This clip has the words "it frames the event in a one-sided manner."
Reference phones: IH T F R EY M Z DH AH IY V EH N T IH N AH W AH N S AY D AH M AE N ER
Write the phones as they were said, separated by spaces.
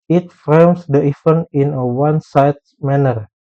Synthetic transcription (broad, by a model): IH T F R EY M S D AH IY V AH N IH N AH W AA N S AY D M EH N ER